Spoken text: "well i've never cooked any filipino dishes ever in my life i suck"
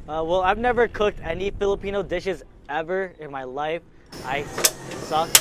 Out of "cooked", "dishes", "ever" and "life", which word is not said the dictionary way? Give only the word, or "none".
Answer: none